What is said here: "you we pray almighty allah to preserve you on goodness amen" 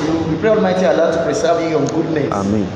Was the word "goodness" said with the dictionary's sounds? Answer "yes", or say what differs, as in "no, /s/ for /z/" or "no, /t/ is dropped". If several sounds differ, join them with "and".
no, /s/ is dropped